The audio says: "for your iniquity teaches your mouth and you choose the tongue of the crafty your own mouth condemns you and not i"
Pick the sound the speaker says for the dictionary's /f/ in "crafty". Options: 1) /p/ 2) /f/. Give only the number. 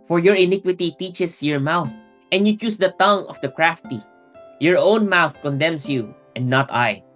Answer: 2